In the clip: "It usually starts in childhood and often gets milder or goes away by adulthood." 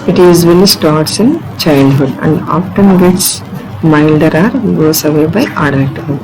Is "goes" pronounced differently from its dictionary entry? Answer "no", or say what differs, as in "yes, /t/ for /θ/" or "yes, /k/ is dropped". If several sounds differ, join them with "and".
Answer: yes, /s/ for /z/